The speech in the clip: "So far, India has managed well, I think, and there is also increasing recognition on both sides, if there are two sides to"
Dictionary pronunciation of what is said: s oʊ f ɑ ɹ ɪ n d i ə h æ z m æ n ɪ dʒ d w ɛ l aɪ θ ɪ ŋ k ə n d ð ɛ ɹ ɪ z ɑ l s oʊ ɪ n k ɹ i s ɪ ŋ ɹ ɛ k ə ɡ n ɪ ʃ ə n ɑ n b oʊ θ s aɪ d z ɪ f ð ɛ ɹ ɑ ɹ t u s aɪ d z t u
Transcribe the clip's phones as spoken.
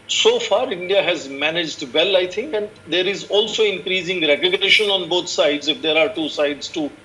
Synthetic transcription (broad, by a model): s oʊ f ɑ ɹ ɪ n d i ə h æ z m æ n ɪ dʒ d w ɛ l aɪ t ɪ ŋ k ə n d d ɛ ɹ ɪ z ɑ l s oʊ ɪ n k ɹ i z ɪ ŋ ɹ ɛ k ə ɡ n ɪ ʃ ə n ɑ n b oʊ t s aɪ d z ɪ f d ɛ ɹ ɑ ɹ t u s aɪ d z t u